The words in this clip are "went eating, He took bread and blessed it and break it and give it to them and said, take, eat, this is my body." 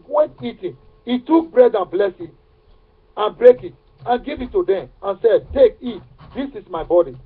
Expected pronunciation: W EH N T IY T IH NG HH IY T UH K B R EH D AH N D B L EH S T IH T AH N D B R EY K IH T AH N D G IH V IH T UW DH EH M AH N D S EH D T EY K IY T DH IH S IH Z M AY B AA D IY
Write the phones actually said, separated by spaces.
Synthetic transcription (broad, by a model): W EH N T IY T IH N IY T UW K B R EH D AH N B L EH S IH T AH N B R EY K IH T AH N G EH V IH T UW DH EH M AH N S EH D T EY K IY T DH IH S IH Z M AY B AA D IY